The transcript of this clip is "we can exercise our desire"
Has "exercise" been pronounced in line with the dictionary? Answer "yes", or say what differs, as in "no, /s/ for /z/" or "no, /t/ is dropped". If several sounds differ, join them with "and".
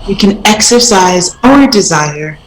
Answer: yes